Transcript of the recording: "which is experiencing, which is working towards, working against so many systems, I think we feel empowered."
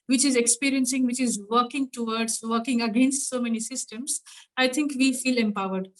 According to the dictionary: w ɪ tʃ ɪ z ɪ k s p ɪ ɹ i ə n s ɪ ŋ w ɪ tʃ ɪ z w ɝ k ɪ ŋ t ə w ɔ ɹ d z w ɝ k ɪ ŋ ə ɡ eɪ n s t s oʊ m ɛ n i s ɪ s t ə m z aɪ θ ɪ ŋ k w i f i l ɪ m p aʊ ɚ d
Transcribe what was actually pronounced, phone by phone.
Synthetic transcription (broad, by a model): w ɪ tʃ ɪ z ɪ k s p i ɹ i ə n s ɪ ŋ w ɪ tʃ ɪ z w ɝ k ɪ ŋ t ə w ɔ ɹ d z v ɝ k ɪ ŋ ə ɡ eɪ n s t s oʊ m ɛ n i s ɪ s t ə m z aɪ t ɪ ŋ k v i f i l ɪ m p aʊ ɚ d